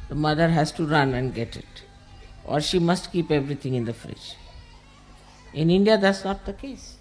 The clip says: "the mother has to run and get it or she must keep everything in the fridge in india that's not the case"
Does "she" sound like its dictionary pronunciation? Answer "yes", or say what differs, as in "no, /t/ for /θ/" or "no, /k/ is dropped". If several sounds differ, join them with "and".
yes